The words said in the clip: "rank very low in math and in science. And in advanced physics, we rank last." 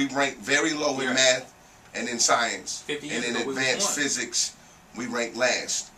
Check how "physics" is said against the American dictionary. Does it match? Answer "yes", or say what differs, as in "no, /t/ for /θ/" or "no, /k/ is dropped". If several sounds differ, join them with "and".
yes